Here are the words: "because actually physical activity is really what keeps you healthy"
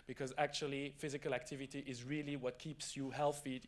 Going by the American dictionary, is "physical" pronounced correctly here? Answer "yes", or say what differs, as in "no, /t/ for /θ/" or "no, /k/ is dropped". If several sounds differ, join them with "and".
yes